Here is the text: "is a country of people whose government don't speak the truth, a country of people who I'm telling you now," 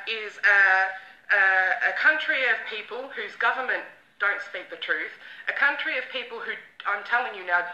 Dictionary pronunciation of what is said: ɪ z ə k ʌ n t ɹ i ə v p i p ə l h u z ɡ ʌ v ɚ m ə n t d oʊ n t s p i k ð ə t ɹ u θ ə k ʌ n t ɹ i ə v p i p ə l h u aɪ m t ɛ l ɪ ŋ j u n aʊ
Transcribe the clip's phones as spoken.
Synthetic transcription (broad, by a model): ɪ z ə k ʌ n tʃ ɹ i ə v p i p ə l h u z ɡ ʌ v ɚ m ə n d oʊ n t s p i k ð ə t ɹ u θ ə k ʌ n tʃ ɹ i ə v p i p ə l h u aɪ m t ɛ l ɪ ŋ j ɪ n aʊ